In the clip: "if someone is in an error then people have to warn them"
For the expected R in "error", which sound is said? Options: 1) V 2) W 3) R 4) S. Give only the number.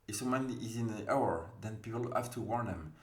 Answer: 2